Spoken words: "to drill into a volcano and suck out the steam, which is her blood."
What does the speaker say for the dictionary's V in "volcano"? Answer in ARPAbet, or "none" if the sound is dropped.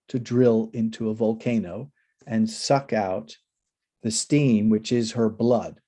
V